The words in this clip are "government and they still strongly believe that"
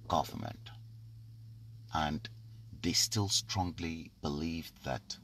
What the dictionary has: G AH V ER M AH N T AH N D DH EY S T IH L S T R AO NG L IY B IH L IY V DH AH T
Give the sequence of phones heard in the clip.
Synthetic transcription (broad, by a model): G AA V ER M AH N T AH N DH EY S T IH L S T R AO NG L IY B IH L IY V DH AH T